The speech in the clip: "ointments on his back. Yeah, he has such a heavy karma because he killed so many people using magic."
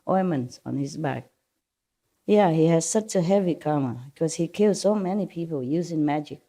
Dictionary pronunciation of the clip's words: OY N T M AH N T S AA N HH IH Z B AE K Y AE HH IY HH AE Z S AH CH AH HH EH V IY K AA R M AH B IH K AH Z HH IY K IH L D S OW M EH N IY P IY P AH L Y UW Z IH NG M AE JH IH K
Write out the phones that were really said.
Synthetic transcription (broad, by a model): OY M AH N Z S N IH Z B AE K Y AE HH IY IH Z S AH CH AH HH EH V IY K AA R M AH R K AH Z HH IY K IH L D S OW M EH N IY P IY P L Y UW Z IH NG M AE JH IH K